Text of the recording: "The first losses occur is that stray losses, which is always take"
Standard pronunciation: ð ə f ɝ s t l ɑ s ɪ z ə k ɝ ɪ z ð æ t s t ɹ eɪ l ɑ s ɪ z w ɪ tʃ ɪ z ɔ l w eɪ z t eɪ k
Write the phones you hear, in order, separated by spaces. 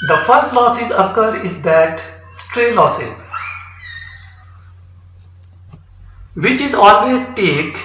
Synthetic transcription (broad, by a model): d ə f ɝ s t l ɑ s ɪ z ə k ɝ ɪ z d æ t s t ɹ eɪ l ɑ s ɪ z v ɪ tʃ ɪ z ɔ l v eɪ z t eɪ k